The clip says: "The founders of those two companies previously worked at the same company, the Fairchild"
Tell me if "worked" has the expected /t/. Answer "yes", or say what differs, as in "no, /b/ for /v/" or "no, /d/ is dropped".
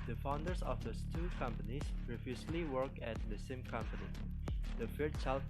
no, /t/ is dropped